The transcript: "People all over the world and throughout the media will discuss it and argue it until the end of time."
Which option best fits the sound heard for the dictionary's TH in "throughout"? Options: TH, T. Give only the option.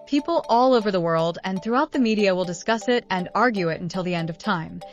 TH